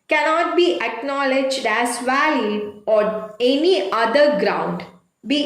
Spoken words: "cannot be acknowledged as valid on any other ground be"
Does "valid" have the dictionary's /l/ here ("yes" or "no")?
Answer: no